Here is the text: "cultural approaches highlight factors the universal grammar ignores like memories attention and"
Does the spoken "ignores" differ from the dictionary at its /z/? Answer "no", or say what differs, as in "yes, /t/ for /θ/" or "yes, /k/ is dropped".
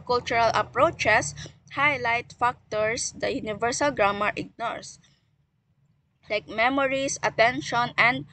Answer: yes, /s/ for /z/